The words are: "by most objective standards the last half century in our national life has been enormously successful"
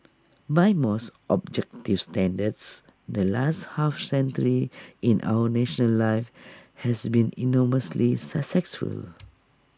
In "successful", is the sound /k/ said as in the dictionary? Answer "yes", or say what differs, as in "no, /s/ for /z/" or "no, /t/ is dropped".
no, /k/ is dropped